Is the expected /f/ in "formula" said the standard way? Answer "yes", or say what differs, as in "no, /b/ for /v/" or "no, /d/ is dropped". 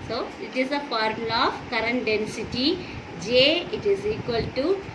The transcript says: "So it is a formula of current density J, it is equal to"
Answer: no, /p/ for /f/